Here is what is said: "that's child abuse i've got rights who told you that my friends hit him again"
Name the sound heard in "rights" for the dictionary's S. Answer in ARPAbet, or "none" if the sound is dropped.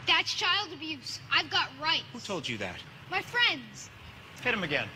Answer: none